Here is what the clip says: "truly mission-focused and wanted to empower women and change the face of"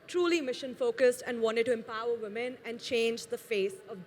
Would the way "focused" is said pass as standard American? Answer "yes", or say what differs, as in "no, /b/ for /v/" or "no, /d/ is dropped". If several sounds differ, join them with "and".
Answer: yes